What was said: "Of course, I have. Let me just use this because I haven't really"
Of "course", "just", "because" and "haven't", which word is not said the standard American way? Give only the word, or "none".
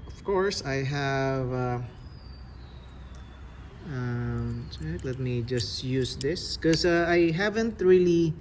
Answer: because